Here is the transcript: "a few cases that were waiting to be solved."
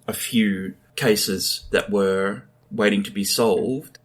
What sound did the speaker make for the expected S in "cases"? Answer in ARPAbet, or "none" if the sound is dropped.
S